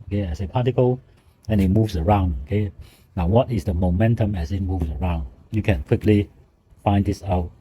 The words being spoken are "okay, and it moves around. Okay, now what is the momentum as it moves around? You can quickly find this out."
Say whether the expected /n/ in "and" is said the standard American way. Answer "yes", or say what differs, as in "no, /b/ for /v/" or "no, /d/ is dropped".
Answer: no, /l/ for /n/